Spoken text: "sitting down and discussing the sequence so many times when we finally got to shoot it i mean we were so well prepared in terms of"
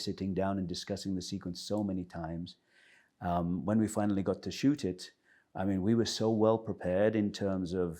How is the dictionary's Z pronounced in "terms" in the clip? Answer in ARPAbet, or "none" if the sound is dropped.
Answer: Z